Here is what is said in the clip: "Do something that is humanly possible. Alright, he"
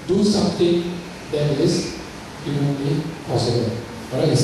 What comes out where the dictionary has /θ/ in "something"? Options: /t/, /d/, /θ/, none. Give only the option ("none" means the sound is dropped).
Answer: /t/